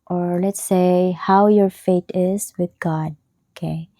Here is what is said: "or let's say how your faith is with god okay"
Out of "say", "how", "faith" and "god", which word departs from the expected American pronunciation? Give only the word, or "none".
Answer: faith